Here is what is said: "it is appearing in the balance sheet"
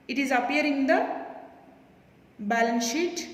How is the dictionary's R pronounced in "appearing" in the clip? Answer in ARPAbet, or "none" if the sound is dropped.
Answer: none